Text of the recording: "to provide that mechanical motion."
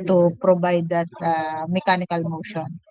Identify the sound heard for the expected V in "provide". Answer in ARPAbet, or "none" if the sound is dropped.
B